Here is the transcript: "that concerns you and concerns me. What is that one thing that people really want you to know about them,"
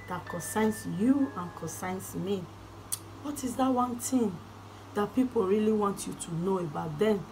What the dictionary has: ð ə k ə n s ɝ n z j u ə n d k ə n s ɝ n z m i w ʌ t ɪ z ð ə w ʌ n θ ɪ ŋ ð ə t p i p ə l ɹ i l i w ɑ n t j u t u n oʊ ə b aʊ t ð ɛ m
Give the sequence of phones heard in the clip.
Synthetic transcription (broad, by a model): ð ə k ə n s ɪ n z j u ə n k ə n s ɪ n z m i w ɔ t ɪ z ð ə w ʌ n t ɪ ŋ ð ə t p i p ə l ɹ i l i w ɑ n t j u t u n oʊ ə b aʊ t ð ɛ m